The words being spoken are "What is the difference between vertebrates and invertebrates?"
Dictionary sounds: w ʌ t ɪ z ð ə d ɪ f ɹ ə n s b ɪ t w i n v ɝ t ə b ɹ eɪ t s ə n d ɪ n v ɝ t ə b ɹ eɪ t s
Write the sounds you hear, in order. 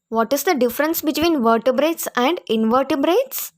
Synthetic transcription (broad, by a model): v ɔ t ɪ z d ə d ɪ f ɹ ə n s b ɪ t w i n v ɝ t ə b ɹ eɪ t s ə n d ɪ n v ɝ t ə b ɹ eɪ t s